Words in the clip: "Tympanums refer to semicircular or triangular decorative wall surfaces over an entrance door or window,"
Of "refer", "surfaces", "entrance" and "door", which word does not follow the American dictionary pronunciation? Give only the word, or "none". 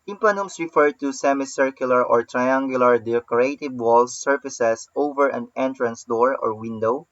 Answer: surfaces